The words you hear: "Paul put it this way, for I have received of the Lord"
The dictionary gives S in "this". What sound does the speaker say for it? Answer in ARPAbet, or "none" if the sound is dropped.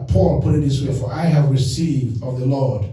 S